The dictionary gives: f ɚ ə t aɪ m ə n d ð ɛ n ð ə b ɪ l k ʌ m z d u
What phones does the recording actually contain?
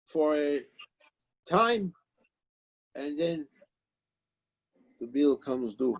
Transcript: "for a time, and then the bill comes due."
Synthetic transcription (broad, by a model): f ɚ ə t aɪ m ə n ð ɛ n ð ə b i l k ʌ m z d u